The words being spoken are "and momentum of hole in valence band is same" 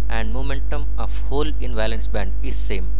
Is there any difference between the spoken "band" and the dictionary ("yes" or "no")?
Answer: no